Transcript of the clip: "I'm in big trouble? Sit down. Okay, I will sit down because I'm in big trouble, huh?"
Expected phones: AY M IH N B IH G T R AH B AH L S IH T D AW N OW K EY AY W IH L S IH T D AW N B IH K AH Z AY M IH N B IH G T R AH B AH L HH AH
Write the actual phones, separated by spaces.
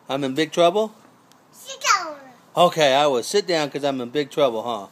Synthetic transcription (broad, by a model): AY M IH N B IH G T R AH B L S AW OW K EY AY W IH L S IH T D AW N K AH Z AY M IH N B IH G T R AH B L HH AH